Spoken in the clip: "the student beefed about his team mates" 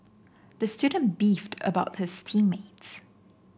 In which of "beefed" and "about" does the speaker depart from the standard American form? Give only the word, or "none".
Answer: none